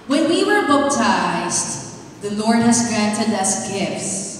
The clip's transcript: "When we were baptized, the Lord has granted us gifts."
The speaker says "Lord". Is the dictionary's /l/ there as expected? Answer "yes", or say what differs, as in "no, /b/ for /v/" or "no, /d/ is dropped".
yes